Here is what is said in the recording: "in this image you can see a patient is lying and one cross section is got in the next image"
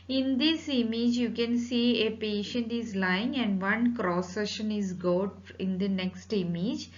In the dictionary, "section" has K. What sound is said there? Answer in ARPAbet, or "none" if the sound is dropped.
none